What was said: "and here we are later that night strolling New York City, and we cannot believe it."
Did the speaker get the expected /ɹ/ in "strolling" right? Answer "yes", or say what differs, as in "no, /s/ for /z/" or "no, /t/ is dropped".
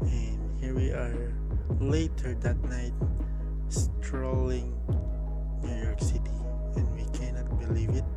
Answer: yes